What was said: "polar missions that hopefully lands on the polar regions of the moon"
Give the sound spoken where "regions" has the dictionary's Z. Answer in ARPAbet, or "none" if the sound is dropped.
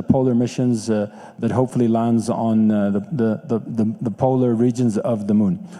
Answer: Z